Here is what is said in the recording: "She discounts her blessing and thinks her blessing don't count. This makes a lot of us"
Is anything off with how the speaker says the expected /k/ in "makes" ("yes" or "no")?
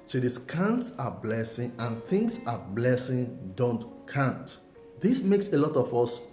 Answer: no